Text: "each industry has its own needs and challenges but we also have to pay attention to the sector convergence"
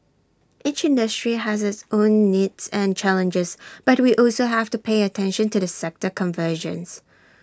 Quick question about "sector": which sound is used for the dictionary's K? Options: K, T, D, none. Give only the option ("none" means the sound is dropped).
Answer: K